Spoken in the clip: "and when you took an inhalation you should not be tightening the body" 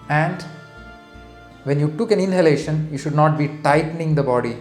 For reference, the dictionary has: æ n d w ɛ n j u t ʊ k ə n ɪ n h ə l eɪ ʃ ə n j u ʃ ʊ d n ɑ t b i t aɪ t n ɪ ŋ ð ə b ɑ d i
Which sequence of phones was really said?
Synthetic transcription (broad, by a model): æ n d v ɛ n j u t ʊ k ə n ɪ n h ə l eɪ ʃ ə n j u ʃ ʊ d n ɑ t b i t aɪ t n ɪ ŋ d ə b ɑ d i